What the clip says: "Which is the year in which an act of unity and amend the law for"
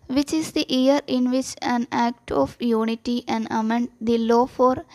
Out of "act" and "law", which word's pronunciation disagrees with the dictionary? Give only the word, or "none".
none